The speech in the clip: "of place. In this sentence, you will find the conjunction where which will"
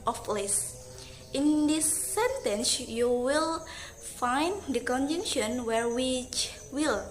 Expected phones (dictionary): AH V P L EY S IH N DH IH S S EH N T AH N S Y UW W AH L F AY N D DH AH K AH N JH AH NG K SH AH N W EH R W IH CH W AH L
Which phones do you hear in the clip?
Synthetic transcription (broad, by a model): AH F L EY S IH N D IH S S EH N T AH N S Y UW W AH L F AY N D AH K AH N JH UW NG SH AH N W EH R W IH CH W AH L